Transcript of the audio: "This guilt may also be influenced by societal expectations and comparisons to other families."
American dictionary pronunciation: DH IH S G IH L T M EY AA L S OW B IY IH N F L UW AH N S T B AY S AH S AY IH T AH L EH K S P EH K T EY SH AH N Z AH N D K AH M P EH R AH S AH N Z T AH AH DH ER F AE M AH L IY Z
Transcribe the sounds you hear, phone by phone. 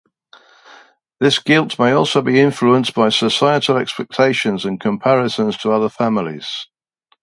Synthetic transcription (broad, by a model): DH IH S G IH L T M EY AA L S OW B IY IH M F L UW AH N S B AY S AH S AY IH T AH L EH K S P EH K T EY SH AH N Z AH N K AH M P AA R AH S AH N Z T AH AH DH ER F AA M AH L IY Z